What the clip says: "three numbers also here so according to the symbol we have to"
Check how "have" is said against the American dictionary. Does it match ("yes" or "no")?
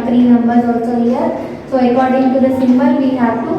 no